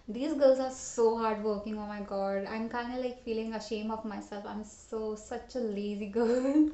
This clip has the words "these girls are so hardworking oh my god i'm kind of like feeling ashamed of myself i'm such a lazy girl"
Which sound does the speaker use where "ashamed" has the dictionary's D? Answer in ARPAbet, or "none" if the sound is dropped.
none